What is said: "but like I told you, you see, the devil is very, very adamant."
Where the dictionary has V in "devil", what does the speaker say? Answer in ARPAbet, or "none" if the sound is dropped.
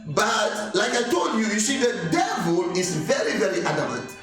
V